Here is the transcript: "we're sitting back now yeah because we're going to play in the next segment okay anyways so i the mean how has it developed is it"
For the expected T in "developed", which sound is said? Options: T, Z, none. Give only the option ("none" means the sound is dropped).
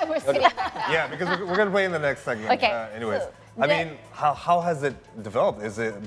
T